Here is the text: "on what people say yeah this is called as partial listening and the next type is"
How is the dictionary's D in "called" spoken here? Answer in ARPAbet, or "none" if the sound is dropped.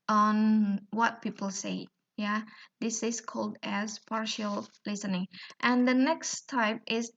D